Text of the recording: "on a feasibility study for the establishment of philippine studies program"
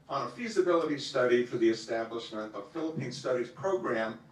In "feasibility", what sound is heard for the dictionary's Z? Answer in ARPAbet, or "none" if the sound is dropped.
Z